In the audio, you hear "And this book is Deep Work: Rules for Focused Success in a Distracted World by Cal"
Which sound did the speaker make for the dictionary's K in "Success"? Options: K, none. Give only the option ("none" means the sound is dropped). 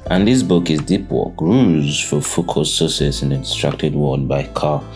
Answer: none